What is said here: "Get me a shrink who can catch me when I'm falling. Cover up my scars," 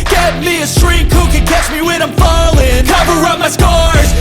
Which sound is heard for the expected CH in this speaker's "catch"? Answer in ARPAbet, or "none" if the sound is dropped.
CH